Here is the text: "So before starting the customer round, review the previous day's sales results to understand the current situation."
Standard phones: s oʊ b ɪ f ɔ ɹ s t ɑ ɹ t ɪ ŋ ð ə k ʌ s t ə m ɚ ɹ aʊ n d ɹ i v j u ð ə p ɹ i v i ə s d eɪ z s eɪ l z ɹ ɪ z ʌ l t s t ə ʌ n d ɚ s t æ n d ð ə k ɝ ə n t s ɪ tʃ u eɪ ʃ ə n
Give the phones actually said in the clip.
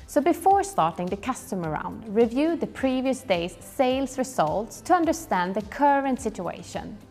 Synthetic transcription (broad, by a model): s oʊ b ɪ f ɔ ɹ s t ɑ ɹ t ɪ ŋ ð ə k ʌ s t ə m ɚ ɹ aʊ n d ɹ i v j u ð ə p ɹ i v i ə s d eɪ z s eɪ l s ɹ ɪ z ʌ l t s t ə ʌ n d ɚ s t æ n d ð ə k ɝ ə n t s ɪ tʃ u eɪ ʃ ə n